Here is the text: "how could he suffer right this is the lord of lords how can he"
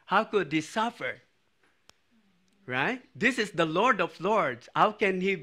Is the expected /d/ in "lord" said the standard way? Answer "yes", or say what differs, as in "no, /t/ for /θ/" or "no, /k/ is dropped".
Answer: yes